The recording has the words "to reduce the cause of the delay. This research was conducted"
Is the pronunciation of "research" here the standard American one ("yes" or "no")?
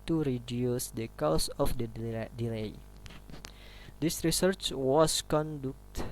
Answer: yes